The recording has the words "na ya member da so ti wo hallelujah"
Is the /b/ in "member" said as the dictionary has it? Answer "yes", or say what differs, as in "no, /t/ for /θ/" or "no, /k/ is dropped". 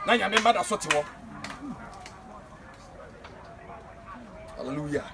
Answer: no, /b/ is dropped